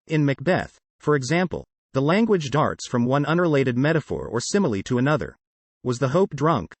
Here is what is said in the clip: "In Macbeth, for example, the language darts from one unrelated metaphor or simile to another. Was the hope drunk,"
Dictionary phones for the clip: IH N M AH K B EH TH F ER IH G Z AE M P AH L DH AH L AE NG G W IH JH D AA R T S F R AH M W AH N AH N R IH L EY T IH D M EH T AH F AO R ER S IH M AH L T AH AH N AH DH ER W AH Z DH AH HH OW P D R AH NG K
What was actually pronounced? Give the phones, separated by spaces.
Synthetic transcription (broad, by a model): IH N M AH K B EH TH F ER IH G Z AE M P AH L DH AH L AE NG G W IH JH D AA R T S F R AH M W AH N AH N R IH L EY T IH D M EH T AH F AO R ER S IH M L T AH AH N AH DH ER W AH Z DH AH HH OW P D R AH NG K